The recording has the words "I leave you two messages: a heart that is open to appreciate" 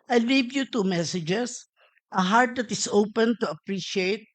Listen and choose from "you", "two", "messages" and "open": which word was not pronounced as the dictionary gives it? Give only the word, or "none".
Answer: messages